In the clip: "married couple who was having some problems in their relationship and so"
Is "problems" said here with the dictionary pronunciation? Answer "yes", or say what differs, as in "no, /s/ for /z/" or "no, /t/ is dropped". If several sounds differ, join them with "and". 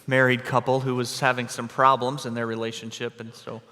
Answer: yes